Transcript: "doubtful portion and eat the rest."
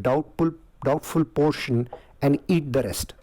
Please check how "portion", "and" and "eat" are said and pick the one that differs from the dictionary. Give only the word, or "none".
none